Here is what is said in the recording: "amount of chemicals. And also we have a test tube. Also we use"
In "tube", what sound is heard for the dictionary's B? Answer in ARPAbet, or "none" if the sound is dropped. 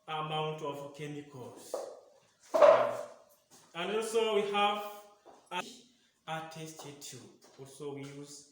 none